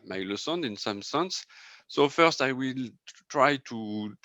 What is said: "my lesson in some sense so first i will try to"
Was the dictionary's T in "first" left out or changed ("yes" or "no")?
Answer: no